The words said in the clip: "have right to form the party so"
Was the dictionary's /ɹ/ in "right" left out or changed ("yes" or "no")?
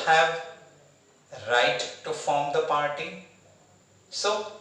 no